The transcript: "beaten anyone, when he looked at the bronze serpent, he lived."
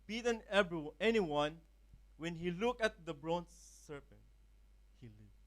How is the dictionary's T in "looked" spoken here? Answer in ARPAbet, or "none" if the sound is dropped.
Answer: none